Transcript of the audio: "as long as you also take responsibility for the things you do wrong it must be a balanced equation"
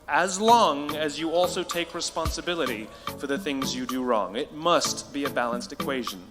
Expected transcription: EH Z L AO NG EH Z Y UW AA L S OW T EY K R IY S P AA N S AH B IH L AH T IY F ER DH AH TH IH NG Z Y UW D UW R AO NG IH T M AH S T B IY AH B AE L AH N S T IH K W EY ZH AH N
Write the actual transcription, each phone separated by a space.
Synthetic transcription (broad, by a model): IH Z L AO NG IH Z Y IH AA L S OW T EY K R IY S P AA N S AH B IH L AH T IY F ER DH AH TH IH NG Z Y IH D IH R AO NG IH T M AH S T B IY AH B AE L AH N S T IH K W EY ZH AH N